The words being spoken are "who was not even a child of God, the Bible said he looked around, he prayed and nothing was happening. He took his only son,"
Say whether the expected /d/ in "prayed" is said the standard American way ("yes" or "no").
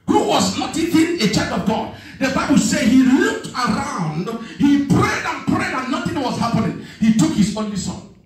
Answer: yes